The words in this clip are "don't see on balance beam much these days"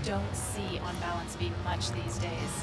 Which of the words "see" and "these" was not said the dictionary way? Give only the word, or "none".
none